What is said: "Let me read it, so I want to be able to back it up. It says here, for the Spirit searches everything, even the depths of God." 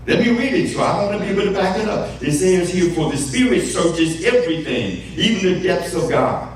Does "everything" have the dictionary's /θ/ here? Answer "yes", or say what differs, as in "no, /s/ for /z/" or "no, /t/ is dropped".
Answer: yes